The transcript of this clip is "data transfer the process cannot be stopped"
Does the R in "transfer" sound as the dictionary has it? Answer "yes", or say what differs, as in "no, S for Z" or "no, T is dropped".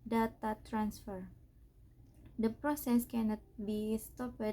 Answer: yes